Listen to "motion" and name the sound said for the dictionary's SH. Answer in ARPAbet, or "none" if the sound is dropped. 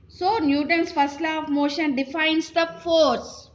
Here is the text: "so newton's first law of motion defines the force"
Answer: SH